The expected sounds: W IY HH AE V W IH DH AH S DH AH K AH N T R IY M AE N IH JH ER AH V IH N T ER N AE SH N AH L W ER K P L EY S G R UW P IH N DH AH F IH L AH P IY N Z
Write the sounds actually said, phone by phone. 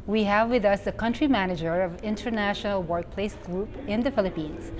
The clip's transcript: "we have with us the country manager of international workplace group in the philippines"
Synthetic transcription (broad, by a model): W IY HH AE V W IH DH AH S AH K AH N T R IY M AE N IH JH ER AH V IH N T ER N AE SH N AH L W ER K P L EY S G R UW P IH N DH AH F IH L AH P IY N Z